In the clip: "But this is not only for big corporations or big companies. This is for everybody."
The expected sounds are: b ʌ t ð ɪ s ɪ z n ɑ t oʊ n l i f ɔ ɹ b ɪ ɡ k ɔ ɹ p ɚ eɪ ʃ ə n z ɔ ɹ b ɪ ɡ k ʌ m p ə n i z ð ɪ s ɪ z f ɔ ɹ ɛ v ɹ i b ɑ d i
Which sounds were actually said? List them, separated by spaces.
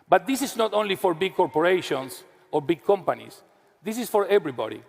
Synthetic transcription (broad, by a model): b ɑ t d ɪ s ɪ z n ɑ t oʊ n l i f ɔ ɹ b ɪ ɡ k ɔ ɹ p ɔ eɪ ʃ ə n s ɔ ɹ b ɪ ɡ k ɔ m p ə n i s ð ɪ s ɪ s f ɔ ɹ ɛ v ɹ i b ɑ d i